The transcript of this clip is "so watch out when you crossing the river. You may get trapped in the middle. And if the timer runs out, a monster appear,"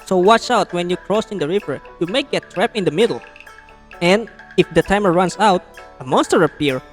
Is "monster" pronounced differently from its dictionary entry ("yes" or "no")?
no